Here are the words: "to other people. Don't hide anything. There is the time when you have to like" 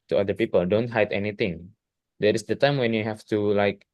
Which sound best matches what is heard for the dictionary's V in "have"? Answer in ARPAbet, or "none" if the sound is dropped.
F